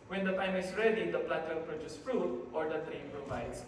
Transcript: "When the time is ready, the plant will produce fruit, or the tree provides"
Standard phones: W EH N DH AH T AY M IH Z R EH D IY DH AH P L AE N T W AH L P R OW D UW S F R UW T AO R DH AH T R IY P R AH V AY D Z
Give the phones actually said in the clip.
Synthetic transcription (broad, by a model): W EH N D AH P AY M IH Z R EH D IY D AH P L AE T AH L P R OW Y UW S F R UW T AO R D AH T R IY P R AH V AY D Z